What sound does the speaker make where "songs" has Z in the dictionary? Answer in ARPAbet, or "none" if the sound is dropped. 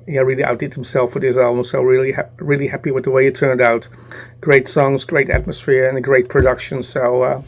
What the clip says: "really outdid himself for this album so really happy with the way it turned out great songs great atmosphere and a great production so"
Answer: Z